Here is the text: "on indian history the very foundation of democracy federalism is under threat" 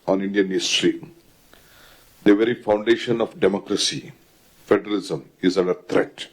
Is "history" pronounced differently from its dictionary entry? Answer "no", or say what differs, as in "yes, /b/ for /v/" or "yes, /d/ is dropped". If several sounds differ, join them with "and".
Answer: no